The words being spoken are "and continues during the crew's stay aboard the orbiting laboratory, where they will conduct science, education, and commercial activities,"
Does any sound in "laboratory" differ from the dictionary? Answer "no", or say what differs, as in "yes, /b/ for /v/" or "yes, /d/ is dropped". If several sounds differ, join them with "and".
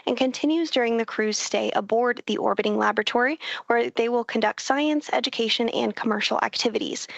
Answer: no